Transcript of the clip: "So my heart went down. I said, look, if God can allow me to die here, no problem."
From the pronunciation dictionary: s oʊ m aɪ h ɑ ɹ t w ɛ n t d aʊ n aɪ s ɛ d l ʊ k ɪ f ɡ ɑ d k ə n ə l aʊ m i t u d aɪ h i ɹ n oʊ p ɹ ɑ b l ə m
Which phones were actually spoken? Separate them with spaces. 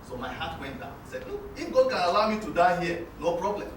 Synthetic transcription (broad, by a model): s oʊ m aɪ h ɑ t w ɛ n t d aʊ n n s ɛ d n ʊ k ɪ f ɡ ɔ k ə n ə l aʊ m i t u d aɪ h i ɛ n oʊ p ɹ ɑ b l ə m